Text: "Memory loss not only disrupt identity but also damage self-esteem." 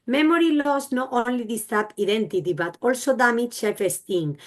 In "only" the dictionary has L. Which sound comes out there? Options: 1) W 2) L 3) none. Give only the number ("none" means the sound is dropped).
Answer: 2